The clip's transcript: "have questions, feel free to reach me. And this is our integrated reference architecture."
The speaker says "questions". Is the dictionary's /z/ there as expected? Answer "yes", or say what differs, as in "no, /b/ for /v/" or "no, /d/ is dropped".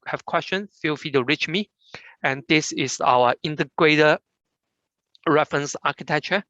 no, /z/ is dropped